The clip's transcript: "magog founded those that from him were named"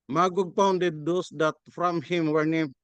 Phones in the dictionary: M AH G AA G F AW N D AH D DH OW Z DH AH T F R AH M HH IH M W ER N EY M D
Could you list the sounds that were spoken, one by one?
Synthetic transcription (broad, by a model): M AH G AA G P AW N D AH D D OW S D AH T F R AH M HH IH M W ER N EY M